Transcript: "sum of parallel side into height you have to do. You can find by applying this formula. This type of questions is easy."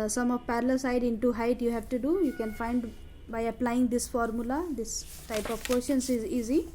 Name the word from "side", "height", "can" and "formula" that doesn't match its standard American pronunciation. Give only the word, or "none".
none